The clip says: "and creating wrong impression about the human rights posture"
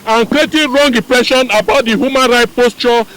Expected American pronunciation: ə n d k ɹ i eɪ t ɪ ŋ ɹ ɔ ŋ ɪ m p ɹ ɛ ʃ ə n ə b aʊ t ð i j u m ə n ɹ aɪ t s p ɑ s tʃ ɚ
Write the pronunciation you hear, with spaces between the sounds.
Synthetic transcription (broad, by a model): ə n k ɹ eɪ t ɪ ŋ ɹ ɔ ŋ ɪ p ɹ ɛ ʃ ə n ə b aʊ t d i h u m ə n ɹ aɪ t p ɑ s tʃ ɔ